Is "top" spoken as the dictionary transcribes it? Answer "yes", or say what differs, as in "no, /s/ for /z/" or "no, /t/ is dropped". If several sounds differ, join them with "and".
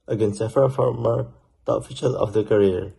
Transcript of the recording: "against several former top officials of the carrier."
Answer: no, /p/ is dropped